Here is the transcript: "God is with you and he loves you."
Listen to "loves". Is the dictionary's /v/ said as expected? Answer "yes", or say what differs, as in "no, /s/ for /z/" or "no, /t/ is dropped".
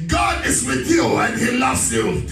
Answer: yes